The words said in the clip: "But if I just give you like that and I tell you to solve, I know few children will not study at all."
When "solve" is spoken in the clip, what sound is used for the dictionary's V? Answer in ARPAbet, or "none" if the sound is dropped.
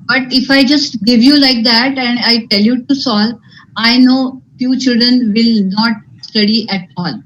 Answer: none